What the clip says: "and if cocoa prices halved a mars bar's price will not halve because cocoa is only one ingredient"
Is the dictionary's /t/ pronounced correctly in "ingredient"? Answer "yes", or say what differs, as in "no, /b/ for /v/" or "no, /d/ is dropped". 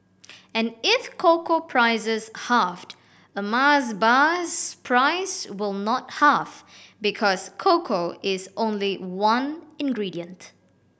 yes